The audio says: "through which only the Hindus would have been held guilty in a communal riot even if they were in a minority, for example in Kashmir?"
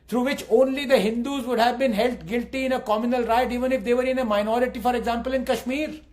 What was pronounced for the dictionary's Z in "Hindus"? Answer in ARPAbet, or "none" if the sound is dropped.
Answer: Z